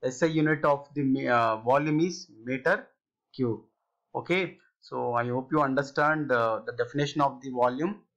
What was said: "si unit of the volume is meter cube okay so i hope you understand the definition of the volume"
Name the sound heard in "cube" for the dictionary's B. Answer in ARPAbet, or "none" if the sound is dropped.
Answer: none